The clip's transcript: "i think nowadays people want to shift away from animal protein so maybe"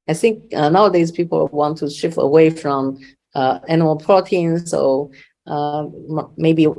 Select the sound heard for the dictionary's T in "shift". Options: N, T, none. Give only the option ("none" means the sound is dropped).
none